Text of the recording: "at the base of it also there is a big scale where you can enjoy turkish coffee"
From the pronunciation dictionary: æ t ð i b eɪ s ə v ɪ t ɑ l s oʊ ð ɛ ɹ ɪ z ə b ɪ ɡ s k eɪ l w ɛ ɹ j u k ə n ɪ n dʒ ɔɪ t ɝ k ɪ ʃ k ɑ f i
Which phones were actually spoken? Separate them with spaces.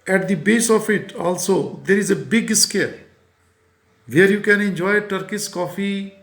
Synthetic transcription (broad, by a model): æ t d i b eɪ s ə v ɪ t ɑ l s oʊ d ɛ ɹ ɪ z ə b ɪ ɡ s k eɪ l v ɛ ɹ j u k ə n ɪ n dʒ ɔɪ t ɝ k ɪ s k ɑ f i